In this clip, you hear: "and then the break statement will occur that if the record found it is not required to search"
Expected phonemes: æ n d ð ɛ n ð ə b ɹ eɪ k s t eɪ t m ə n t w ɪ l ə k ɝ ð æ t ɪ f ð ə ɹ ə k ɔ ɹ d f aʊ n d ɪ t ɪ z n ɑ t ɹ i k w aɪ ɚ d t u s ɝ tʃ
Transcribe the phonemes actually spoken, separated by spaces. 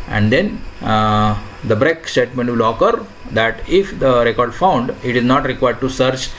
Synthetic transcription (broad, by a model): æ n d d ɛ n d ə b ɹ eɪ k s t eɪ t m ə n t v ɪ l ə k ɝ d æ t ɪ f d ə ɹ ə k ɔ ɹ d f aʊ n d ɪ t ɪ z n ɑ t ɹ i k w aɪ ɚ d t u s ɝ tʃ